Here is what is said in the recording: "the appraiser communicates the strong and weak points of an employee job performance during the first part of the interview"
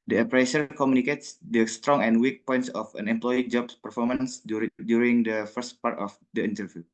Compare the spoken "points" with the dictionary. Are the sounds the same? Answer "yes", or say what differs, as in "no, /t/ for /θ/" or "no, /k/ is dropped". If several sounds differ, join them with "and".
yes